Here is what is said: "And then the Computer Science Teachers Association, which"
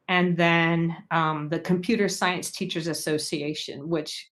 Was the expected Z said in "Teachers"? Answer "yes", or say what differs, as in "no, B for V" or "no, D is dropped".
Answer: yes